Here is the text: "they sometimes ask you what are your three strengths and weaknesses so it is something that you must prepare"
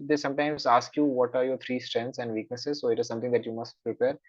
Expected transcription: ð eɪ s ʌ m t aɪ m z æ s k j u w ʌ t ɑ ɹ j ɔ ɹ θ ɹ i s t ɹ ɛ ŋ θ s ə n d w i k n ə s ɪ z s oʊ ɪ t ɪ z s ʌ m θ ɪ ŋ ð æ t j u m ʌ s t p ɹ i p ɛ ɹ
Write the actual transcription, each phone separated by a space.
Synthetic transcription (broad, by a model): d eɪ s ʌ m t aɪ m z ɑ s k j u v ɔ t ɑ ɹ j ɔ ɹ t ɹ i s t ɹ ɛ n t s ə n d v i k n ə s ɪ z s oʊ ɪ t ɪ z s ʌ m t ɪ ŋ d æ t j u m ʌ s t p ɹ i p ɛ ɹ